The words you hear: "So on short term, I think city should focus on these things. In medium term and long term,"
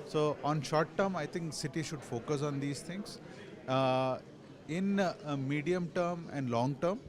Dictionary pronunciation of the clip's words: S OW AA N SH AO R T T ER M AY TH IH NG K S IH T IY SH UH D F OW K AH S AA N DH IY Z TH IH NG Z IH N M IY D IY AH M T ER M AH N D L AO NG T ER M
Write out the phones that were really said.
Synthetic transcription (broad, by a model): S OW AA N SH AO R T T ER M AY T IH NG K S IH T IY SH UH D F OW K AH S AA N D IY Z T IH NG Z IH N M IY D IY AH M T ER M AH N D L AO NG T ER M